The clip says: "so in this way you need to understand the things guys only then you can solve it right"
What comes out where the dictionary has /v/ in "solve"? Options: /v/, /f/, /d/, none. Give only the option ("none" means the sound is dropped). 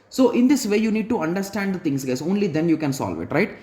/v/